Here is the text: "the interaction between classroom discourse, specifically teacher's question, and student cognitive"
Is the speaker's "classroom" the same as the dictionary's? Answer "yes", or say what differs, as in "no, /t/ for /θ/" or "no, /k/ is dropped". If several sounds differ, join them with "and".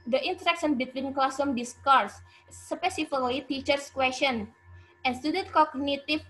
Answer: no, /ɹ/ is dropped